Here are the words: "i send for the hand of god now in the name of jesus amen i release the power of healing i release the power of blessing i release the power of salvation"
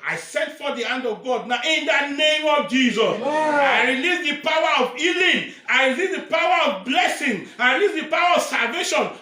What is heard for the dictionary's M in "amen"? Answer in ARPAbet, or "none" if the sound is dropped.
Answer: none